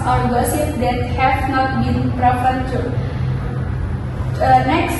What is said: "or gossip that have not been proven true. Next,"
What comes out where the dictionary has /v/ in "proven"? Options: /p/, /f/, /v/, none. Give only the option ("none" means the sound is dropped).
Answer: /p/